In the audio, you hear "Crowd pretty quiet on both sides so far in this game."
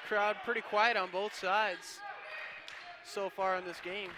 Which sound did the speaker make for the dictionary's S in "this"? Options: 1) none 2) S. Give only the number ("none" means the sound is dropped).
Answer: 2